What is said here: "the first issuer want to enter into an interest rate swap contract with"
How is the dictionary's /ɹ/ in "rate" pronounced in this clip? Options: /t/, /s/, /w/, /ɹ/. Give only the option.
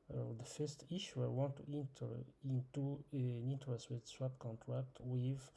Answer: /w/